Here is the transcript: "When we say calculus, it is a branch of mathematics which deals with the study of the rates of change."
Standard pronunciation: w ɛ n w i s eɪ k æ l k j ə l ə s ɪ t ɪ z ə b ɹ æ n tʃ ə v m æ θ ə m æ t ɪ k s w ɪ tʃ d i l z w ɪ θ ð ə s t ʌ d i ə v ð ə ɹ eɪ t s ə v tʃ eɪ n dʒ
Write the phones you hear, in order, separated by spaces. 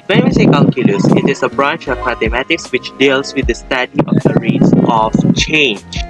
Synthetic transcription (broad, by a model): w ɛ n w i s eɪ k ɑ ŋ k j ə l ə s ɪ t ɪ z ə b ɹ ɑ n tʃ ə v m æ t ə m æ t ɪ k s w ɪ tʃ d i l s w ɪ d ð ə s t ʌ d i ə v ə ɹ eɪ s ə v tʃ eɪ n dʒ